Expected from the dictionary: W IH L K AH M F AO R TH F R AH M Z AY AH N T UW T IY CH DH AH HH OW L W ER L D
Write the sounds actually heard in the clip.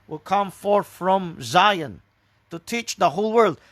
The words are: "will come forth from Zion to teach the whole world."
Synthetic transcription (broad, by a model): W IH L K AH M F AO R TH F R AH M Z AY AH N T UW T IY CH DH AH HH OW L W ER L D